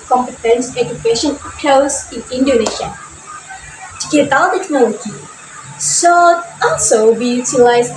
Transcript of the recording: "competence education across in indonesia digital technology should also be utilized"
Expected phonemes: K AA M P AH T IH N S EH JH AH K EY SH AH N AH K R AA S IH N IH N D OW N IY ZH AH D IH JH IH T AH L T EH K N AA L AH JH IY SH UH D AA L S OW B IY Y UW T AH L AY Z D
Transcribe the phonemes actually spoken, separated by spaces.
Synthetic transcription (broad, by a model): K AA M P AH T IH N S EH JH AH K EY SH AH N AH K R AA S IH N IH N D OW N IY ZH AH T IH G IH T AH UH T EH K N AA L AH JH IY S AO AA L S OW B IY Y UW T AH L AY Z